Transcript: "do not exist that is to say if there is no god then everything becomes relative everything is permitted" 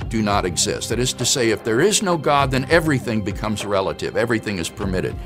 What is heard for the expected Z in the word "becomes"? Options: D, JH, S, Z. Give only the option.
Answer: Z